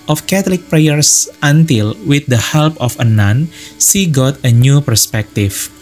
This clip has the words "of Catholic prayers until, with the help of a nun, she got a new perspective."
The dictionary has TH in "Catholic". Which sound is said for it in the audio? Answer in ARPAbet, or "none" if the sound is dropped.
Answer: T